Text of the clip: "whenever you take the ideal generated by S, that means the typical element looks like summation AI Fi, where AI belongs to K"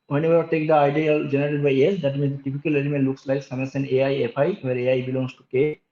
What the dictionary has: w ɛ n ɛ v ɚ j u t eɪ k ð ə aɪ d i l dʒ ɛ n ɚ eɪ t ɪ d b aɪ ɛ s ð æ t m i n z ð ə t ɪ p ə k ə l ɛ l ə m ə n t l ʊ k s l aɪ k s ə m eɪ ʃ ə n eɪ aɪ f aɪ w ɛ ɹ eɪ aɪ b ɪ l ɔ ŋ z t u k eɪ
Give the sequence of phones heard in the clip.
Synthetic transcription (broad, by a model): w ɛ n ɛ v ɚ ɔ t eɪ k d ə aɪ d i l dʒ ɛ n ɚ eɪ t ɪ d b aɪ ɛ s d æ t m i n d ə t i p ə k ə l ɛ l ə m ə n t l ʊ k s l aɪ k s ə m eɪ s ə n eɪ aɪ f aɪ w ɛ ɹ eɪ aɪ b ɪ l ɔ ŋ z t u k eɪ